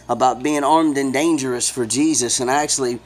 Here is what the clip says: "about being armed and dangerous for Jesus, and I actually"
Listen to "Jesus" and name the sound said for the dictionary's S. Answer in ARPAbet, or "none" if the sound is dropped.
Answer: S